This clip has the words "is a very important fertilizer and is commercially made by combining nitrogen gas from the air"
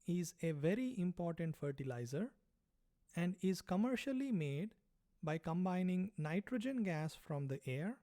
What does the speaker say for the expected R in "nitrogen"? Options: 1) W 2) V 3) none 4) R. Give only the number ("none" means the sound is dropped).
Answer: 4